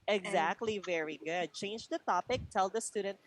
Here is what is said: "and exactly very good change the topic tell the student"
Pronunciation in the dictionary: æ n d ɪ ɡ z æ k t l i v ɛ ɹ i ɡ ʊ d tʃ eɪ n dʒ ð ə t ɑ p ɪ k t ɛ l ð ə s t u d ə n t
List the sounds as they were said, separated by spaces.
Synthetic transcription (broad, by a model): ɪ ɡ z æ k t l i v ɛ ɹ i ɡ ʊ d tʃ eɪ n dʒ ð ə t ɑ p ɪ k t ɛ l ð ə s t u d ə n t